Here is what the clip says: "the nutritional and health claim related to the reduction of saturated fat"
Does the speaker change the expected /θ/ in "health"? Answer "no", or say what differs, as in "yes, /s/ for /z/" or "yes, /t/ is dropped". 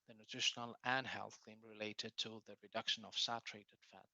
no